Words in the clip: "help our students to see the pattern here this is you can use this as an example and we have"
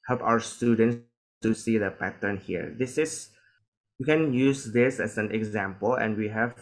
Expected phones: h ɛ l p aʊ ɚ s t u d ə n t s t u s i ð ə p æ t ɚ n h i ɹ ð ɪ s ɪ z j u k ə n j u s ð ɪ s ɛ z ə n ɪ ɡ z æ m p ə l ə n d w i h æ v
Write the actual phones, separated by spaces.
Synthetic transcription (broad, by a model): h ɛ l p aʊ ɚ s t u d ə n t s t u s i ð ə p æ t ɚ n h i ɹ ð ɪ s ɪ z j u k ə n j u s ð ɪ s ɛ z ə n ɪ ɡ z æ m p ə l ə n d w i h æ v